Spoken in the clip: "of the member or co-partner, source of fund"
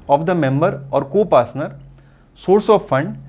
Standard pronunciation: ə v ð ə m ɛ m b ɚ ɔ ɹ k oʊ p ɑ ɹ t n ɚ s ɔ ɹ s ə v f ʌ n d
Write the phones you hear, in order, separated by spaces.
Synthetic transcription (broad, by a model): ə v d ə m ɛ m b ɚ ɔ ɹ k oʊ p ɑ ɹ s n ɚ s ɔ ɹ s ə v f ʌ n d